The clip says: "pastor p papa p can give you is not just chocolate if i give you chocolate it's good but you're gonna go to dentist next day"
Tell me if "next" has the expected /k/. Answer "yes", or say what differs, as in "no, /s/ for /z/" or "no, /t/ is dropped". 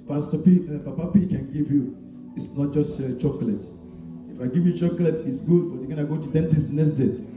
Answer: no, /k/ is dropped